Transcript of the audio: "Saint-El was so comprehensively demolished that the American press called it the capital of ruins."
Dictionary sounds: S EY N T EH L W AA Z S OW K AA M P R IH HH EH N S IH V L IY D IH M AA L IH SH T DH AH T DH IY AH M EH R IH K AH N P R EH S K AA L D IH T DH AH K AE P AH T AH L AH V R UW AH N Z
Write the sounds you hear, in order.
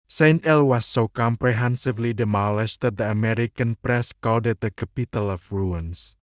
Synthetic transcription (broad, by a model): S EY N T EH L W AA S OW K AA M P R IH HH EH N S IH V L IY D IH M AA L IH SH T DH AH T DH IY AH M EH R IH K AH N P R EH S K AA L D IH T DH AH K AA P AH T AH L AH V R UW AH N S